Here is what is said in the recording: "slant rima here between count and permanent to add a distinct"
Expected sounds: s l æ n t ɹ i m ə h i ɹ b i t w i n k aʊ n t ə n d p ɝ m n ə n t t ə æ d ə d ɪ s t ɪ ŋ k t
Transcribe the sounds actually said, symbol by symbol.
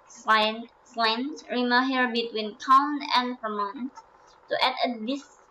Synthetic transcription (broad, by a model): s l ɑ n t ɹ i m ə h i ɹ b i t w i n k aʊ n ə n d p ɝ m ə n t t ə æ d ə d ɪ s